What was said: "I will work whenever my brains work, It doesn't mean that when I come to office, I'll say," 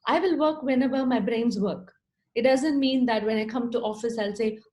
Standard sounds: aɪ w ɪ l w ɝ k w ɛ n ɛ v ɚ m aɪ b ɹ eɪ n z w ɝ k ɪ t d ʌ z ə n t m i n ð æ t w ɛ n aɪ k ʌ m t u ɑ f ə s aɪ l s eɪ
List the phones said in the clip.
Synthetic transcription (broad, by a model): aɪ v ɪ l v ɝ k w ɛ n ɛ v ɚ m aɪ b ɹ eɪ n z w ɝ k ɪ t d ʌ z ə n t m i n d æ t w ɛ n aɪ k ʌ m t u ɑ f ə s aɪ l s eɪ